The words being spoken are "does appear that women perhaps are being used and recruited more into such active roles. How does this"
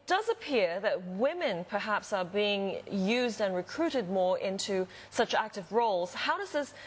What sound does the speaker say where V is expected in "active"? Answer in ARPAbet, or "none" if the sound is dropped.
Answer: V